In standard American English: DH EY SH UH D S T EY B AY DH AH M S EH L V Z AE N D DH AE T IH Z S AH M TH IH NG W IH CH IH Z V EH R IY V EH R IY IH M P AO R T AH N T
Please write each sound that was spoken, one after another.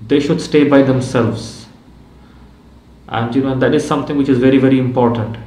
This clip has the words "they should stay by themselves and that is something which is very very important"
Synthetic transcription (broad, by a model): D EY SH UH D S T EY B AY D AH M S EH L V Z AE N D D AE T IH Z S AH M T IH NG W IH CH IH Z V EH R IY V EH R IY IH M P AO R T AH N T